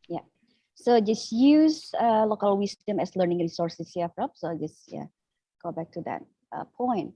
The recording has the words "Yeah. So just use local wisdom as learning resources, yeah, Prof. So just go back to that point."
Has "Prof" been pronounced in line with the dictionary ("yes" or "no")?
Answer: no